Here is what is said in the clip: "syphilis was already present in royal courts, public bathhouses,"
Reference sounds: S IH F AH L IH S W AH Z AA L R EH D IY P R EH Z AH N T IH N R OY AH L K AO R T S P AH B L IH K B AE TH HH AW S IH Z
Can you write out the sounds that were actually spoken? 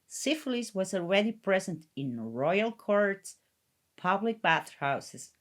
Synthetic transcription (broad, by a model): S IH F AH L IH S W AH Z AA L R EH D IY P R EH Z AH N T IH N R OY AH L K AO R T S P AH B L IH K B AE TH HH AW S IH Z